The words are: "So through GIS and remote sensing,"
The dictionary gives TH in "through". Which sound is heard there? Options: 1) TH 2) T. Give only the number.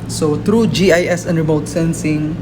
2